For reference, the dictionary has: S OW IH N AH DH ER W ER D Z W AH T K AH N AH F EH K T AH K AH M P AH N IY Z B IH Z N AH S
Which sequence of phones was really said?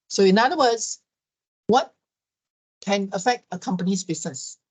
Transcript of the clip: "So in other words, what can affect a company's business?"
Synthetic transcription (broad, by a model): S OW IH N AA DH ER W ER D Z W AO T K AH N AH F EH K T AH K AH M P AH N IY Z B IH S N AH S